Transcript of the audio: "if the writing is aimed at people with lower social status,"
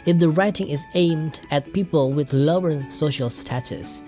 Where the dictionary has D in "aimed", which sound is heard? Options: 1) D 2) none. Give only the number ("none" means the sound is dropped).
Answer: 1